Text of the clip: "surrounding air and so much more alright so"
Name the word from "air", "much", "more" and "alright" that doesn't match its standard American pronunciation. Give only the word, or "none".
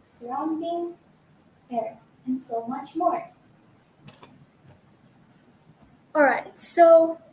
none